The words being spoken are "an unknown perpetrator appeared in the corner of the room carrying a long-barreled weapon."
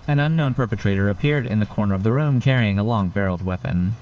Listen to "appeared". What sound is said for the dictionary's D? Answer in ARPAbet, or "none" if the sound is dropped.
D